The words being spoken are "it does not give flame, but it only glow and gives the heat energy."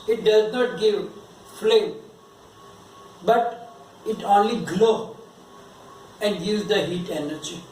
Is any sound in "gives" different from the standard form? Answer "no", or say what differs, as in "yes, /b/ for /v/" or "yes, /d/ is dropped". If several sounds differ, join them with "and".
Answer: yes, /v/ is dropped